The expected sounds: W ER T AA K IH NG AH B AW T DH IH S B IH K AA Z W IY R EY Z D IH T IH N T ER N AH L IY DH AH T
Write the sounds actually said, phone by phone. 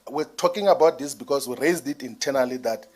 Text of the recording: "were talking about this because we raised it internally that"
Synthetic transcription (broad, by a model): W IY T AA K IH NG AH B AW T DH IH S B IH K AA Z W IY R EY Z D IH T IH N T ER N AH L IY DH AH T